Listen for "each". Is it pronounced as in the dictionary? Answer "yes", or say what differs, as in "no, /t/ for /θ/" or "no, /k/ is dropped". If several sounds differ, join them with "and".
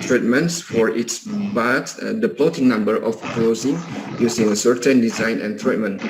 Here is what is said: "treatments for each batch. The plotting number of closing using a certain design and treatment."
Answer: no, /s/ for /tʃ/